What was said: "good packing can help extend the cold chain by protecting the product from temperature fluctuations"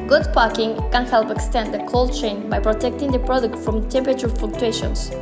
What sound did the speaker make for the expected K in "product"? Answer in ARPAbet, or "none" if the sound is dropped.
K